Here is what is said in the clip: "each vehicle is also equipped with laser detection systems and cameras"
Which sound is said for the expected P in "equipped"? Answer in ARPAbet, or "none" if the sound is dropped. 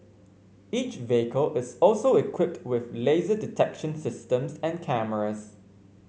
P